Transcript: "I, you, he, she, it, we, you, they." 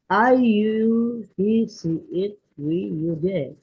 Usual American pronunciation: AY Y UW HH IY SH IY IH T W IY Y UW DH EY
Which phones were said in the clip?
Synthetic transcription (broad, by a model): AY Y UW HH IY S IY IH T W IY Y UW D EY